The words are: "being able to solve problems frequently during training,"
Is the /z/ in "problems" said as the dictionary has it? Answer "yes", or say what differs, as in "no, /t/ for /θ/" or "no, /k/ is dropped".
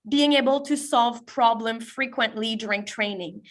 no, /z/ is dropped